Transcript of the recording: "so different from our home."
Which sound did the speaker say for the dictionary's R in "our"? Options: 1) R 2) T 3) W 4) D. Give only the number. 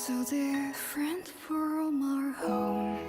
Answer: 1